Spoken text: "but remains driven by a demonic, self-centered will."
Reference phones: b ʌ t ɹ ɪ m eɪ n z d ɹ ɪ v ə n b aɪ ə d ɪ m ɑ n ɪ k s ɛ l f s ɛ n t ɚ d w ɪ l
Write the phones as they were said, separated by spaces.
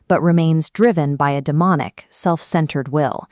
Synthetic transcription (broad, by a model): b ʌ t ɹ ɪ m eɪ n z d ɹ ɪ v ə n b aɪ ə d ɪ m ɑ n ɪ k s ɛ l f s ɛ n t ɚ d w ɪ l